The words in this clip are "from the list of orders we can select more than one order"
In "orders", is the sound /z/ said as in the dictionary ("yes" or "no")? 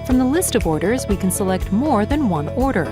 yes